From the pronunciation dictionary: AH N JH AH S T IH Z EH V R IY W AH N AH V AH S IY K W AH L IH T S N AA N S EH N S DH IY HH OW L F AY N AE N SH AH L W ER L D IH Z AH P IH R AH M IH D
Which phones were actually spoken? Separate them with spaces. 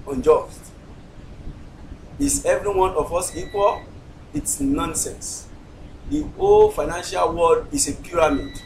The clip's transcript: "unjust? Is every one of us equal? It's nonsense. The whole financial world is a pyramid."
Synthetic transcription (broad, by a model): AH N JH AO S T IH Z EH V R IY W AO N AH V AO S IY K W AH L IH T S N AA N S EH N S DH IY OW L F AY N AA N SH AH L W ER D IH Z AH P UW R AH M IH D